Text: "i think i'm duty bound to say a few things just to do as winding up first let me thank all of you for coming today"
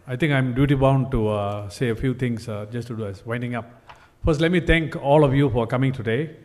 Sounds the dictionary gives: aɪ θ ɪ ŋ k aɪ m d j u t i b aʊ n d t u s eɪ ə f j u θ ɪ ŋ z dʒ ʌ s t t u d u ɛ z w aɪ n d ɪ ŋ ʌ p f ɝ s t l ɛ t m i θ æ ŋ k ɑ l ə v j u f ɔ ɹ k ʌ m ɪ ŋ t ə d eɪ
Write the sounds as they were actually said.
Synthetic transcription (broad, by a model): aɪ t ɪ ŋ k aɪ m d j u t i b aʊ n d t u s eɪ ə f j u t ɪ ŋ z dʒ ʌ s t t u d u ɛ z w aɪ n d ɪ ŋ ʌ p f ɝ s t l ɛ t m i t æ ŋ k ɑ l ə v j u f ɔ ɹ k ʌ m ɪ ŋ t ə d eɪ